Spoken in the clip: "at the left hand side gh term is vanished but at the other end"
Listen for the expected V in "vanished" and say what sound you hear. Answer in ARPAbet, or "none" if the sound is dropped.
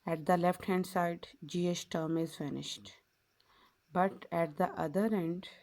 F